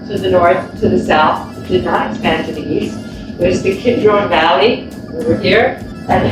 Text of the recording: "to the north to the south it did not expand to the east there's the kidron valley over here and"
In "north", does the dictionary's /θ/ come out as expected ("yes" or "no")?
yes